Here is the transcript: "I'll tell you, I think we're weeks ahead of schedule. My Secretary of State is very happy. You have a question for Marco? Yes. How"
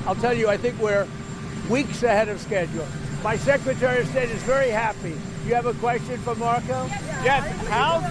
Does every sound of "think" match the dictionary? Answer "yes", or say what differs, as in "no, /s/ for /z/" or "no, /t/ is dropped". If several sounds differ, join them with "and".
yes